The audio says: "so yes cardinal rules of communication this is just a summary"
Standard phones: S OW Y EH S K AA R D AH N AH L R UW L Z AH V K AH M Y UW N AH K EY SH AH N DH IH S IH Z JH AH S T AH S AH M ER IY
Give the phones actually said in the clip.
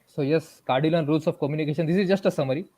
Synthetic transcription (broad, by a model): S OW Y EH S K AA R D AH L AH N R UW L S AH F K AH M Y UW N AH K EY SH AH N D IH S IH Z JH AH S T AH S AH M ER IY